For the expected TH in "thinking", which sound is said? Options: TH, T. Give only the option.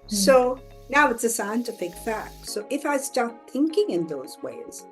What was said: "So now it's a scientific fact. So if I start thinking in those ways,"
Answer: TH